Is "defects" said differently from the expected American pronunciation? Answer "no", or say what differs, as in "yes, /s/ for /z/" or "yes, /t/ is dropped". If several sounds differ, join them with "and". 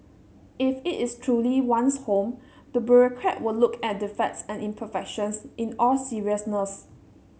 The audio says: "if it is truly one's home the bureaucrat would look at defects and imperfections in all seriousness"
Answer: yes, /k/ is dropped